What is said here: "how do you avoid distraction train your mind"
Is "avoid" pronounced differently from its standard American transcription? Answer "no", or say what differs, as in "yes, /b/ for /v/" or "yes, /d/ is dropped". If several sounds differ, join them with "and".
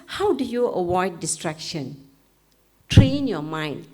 yes, /w/ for /v/